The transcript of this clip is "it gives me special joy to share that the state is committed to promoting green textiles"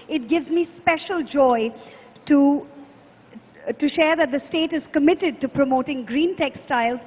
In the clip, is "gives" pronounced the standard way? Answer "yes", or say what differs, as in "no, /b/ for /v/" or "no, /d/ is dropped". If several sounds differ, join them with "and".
yes